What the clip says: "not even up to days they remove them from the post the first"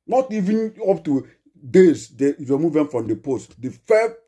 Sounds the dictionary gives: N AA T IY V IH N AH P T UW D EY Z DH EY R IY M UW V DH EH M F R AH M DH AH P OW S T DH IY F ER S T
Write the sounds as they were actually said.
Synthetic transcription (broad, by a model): N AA T IY V IH N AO P T UW D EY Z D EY W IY M UW V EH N F R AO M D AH P OW S T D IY F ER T